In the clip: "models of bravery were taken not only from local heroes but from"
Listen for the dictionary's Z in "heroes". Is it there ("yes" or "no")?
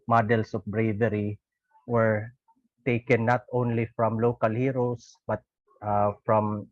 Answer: no